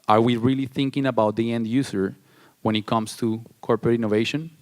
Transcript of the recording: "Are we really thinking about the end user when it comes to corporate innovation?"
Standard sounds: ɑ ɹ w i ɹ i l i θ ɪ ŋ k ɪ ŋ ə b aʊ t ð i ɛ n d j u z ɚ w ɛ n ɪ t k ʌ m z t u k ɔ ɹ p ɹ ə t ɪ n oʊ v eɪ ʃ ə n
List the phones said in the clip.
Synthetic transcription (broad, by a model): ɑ ɹ w i ɹ i l i θ ɪ ŋ k ɪ ŋ ə b aʊ t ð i ɛ n d j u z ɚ w ɛ n ɪ t k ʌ m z t u k ɔ ɹ p ɹ ə t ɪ n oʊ v eɪ ʃ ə n